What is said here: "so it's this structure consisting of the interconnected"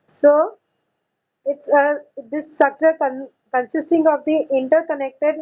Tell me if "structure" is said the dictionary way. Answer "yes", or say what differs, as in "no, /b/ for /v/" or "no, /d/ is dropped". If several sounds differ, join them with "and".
no, /ɹ/ is dropped